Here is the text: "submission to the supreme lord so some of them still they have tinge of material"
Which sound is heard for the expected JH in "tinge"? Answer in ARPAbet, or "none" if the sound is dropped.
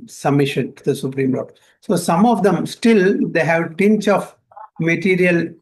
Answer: CH